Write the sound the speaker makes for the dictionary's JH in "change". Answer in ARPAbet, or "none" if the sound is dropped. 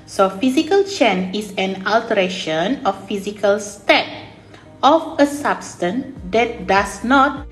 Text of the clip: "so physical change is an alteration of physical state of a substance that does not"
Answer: none